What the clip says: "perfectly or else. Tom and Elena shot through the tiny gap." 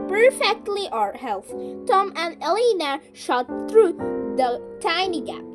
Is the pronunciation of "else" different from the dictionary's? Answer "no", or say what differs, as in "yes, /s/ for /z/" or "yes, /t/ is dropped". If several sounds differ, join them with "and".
yes, /θ/ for /s/